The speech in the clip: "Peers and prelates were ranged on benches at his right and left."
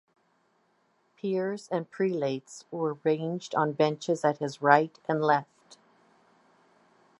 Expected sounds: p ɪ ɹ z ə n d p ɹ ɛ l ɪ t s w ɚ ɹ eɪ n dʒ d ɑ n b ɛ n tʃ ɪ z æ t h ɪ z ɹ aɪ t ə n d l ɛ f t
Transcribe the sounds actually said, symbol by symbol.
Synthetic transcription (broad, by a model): p ɪ ɹ z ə n p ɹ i l ɪ t s w ɚ ɹ eɪ n dʒ d n b ɛ n tʃ ɪ z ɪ t h ɪ z ɹ aɪ t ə n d l ɛ f t